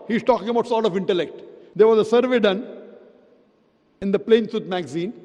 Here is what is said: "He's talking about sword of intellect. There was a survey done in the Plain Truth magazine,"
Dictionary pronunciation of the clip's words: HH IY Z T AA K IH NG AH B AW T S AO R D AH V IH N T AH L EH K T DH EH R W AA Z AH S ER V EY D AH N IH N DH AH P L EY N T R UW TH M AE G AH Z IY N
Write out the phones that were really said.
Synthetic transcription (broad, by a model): HH IY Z T AA K IH NG AH B AW T S AO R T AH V IH N T AH L EH K T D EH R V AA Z AH S ER V EY D AH N IH N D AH P L EY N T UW T M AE G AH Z IY N